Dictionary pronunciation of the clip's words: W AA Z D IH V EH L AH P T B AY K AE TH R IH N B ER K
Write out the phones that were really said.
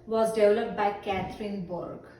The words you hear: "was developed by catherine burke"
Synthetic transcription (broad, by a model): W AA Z D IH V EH L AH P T B AY K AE T R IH N B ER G